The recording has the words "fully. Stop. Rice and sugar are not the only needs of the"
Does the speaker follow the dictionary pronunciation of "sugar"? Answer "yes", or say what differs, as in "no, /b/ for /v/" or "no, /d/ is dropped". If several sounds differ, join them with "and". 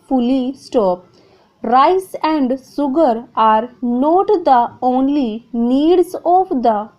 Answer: no, /s/ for /ʃ/